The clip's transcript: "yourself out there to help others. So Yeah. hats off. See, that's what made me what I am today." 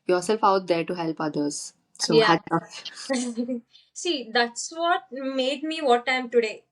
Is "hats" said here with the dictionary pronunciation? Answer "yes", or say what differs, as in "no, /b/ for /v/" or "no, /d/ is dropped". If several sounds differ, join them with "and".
no, /s/ is dropped